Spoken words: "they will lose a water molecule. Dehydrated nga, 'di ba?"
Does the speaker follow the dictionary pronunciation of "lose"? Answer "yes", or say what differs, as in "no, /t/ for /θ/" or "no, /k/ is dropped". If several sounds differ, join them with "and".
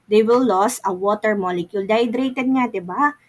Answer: no, /s/ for /z/